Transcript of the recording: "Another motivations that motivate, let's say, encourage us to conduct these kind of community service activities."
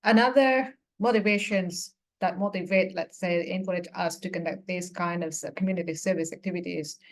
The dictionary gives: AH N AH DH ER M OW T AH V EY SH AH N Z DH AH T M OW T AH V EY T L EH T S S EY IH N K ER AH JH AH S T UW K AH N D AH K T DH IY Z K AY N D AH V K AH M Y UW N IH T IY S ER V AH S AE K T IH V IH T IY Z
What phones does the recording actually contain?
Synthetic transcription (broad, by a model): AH N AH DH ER M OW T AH V EY SH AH N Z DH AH T M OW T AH V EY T L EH T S S EY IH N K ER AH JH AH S T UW K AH N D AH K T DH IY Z K AY N D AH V K AH M Y UW N IH T IY S ER V AH S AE K T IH V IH T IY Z